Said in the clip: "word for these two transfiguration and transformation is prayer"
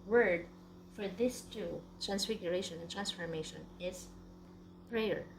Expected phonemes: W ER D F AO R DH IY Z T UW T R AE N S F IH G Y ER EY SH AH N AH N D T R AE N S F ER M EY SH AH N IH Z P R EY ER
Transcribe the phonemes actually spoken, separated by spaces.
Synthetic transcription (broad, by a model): W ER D F AO R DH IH S T UW T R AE N S F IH G Y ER EY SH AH N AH N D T R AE N S F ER M EY SH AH N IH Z P R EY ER